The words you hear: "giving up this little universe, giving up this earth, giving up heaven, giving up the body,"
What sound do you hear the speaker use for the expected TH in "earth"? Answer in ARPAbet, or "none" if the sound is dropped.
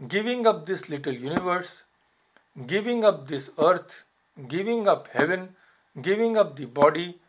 T